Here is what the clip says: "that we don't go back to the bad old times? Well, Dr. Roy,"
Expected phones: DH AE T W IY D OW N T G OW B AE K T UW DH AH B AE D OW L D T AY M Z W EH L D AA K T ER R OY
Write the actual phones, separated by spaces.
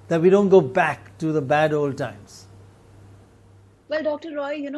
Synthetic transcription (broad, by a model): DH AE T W IY D OW N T G OW B AE K T UW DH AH B AE D OW L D T AY M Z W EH L D AA K T ER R OY